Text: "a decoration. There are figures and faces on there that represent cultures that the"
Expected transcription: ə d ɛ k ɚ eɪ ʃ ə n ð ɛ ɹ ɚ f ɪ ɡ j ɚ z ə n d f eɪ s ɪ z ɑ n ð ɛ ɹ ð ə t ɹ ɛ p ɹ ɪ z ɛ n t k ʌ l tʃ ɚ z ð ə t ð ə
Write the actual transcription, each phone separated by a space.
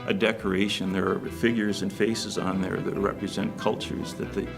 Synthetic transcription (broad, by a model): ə d ɛ k ɚ eɪ ʃ ə n ð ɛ ɹ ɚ f ɪ ɡ j ɚ z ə n f eɪ s ɪ z n ð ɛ ɹ ð ə t ɹ ɛ p ɹ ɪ z ɛ n k ʌ l tʃ ɚ z ð ə t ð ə